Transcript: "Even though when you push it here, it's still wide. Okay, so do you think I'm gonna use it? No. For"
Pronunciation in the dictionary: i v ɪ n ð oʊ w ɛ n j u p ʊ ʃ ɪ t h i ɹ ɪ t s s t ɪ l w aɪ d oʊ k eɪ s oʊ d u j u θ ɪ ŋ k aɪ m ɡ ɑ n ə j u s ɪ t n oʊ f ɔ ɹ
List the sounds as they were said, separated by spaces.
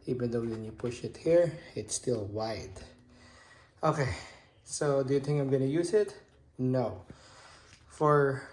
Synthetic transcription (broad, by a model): i v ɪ n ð oʊ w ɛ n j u p ʊ ʃ ɪ t h i ɹ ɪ t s s t ɪ l w aɪ d oʊ k eɪ s oʊ d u j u θ ɪ ŋ k aɪ m ɡ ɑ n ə j u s ɪ t n oʊ f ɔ ɹ